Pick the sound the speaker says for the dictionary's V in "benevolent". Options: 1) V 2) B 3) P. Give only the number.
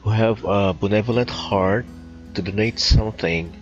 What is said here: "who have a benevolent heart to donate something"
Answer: 1